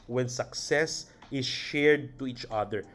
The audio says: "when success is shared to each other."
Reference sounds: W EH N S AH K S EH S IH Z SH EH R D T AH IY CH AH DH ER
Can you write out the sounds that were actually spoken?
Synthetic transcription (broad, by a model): W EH N S AH K S EH S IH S SH EH R D T AH IY CH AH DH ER